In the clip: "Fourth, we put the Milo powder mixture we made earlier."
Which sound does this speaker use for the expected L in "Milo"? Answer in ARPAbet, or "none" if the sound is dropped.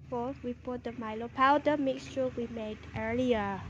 L